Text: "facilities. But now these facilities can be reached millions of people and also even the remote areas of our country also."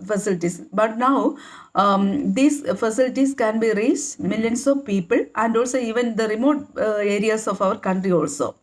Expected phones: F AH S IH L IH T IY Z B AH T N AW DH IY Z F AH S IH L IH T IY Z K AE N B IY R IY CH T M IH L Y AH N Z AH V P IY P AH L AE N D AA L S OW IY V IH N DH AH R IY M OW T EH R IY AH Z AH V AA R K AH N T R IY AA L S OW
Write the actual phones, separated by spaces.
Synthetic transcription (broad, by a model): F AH S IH L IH T IY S B AH T N AW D IY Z F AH S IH L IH T IY S K AE N B IY R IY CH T M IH L Y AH N S AH V P IY P AH L AE N D AA L S OW IY V IH N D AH R IY M OW T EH R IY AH S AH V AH R K AH N T R IY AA L S OW